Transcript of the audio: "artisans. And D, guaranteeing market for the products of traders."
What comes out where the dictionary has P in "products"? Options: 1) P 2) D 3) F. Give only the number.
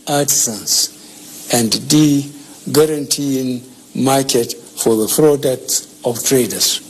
3